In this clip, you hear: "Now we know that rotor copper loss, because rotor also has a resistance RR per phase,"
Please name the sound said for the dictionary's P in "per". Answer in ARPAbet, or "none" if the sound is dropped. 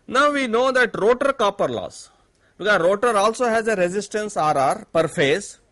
P